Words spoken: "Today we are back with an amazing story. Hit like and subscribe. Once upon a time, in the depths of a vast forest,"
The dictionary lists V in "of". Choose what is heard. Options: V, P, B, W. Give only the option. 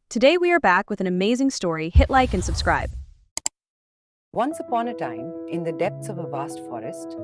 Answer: V